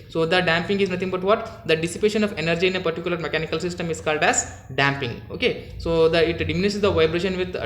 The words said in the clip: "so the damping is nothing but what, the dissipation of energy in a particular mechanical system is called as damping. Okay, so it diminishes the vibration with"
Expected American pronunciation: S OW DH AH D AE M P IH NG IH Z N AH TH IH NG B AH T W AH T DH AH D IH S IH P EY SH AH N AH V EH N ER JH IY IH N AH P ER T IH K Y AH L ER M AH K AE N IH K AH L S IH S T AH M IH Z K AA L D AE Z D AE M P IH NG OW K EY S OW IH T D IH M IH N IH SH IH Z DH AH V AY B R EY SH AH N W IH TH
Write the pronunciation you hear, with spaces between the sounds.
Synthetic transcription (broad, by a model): S OW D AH D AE M P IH NG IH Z N AH T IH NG B AH T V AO T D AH D IH S IH P EY SH AH N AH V EH N ER JH IY IH N AH P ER T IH K Y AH L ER M AH K AE N IH K AH L S IH S T AH M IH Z K AA L D AE Z D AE M P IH NG OW K EY S OW IH T D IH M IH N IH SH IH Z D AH V AY B R EY SH AH N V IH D